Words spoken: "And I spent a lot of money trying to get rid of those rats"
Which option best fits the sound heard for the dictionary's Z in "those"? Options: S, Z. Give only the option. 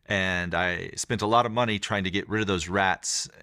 Z